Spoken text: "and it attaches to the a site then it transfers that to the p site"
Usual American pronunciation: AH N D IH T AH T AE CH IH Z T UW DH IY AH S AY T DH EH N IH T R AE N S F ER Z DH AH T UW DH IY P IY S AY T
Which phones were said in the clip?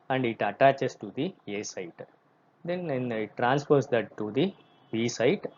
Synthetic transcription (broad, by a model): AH N D IH T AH T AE CH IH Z T UW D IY AH S AY T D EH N IH T R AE N S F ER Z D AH T UW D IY B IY S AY T